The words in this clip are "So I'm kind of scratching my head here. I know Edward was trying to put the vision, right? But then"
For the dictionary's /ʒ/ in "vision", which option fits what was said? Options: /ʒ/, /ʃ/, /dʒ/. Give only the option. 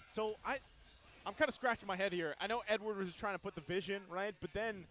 /ʒ/